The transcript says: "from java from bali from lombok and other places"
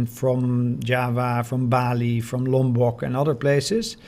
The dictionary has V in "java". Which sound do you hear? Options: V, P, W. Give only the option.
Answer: V